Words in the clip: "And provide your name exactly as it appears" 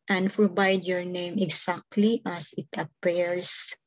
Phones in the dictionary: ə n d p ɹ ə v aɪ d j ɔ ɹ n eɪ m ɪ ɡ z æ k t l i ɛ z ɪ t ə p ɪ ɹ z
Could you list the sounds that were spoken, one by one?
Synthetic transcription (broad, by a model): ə n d p ɹ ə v aɪ d j ɔ ɹ n eɪ m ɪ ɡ s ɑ k t l i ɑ s ɪ t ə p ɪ ɹ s